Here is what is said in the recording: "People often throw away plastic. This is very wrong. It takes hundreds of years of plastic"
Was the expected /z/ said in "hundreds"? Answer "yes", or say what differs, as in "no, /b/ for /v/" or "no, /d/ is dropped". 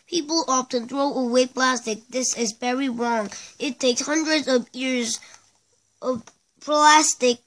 yes